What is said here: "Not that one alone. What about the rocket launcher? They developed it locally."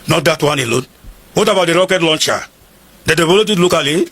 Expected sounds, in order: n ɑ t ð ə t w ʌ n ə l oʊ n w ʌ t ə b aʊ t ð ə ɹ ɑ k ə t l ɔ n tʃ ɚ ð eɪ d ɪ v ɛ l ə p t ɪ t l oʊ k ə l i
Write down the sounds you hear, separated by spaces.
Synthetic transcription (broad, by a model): n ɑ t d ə t w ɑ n ə l oʊ n w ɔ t ə b aʊ t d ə ɹ ɑ k ə t l ɔ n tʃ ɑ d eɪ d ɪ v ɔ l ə t ɪ t l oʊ k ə l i